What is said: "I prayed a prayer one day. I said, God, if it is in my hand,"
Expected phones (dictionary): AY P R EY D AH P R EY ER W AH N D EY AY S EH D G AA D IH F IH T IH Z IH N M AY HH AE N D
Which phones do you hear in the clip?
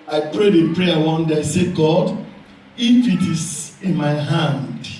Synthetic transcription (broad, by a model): AY P R EY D AH P R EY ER W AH N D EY AY S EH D G AA D IH F IH T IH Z IH N M AY HH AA N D